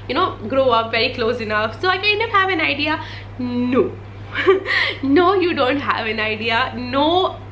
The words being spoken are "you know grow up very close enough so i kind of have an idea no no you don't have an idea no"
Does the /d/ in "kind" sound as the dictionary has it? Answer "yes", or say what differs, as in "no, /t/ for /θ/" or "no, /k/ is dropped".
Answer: no, /d/ is dropped